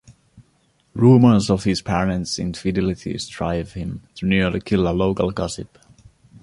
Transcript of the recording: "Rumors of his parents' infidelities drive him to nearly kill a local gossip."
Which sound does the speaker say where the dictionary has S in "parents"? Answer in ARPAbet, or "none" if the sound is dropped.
S